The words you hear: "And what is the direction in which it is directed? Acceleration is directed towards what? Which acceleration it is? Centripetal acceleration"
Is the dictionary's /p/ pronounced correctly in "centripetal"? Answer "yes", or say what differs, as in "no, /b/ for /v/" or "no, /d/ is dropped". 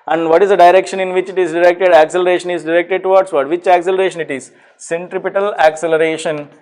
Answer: yes